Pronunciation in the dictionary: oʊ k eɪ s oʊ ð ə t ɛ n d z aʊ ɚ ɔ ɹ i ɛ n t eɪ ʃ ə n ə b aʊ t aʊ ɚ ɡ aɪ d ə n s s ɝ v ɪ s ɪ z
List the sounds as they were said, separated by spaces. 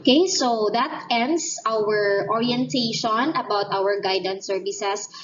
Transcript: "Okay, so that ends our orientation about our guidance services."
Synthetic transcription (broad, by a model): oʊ k eɪ s oʊ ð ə t ɛ n d s aʊ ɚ ɔ ɹ i ɛ n t eɪ ʃ ə n ə b aʊ t aʊ ɚ ɡ aɪ d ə n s s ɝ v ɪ s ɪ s